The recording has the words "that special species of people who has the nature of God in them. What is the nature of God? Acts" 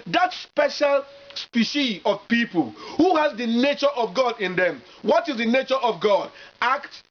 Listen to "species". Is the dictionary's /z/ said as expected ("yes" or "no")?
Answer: no